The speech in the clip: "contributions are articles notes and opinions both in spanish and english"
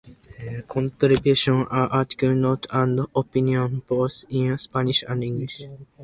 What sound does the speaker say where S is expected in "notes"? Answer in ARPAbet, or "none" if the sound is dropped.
none